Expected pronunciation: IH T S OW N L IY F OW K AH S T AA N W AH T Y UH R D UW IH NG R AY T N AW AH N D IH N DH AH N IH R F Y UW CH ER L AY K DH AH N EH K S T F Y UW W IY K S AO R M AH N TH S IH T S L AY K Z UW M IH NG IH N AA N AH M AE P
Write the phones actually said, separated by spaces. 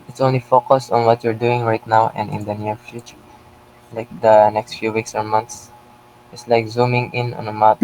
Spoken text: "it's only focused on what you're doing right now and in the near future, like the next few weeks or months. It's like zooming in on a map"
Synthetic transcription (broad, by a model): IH T S OW N L IY F OW K AH S T AA N W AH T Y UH R D UW IH NG R AY T N AW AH N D IH N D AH N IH R F Y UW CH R L AY K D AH N EH K S T F Y UW W IY K S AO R M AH N T S IH T S L AY K Z UW M IH NG IH N AA N AH M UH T